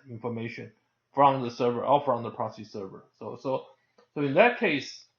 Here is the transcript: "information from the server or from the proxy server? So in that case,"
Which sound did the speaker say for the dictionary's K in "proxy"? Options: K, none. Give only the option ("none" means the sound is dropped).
none